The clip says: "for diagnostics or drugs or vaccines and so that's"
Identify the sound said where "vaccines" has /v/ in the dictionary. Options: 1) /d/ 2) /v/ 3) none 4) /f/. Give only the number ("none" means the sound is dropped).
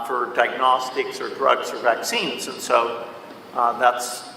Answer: 2